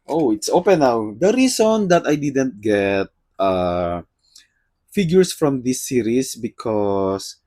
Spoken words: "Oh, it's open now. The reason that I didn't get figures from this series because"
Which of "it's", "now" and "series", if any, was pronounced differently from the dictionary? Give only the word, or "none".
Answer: series